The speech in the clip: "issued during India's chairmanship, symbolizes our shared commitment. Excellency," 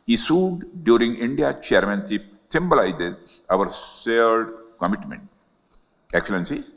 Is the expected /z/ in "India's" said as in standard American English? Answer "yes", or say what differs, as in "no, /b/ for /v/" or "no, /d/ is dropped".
no, /z/ is dropped